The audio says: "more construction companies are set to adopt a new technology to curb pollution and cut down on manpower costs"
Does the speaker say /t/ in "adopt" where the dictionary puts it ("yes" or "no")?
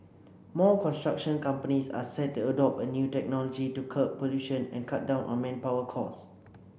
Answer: no